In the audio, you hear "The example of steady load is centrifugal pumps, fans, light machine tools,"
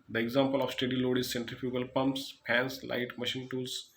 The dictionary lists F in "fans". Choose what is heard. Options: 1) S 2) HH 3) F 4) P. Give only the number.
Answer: 4